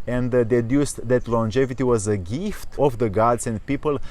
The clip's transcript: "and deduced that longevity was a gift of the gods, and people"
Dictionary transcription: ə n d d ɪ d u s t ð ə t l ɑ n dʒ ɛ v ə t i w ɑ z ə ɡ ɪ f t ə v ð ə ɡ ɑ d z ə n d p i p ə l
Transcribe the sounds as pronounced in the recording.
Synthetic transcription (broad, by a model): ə n d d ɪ d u s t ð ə t l ɑ n dʒ ɛ v ə t i w ɑ z ə ɡ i f t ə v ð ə ɡ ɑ d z ə n d p i p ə l